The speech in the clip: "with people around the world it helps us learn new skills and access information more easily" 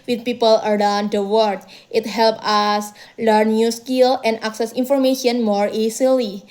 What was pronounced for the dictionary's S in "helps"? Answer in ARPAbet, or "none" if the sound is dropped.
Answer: none